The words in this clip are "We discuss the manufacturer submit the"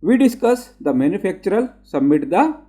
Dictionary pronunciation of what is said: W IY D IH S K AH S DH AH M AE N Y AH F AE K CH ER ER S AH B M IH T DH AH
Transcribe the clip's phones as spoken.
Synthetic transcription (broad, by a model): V IY D IH S K AH S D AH M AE N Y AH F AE K CH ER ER S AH M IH T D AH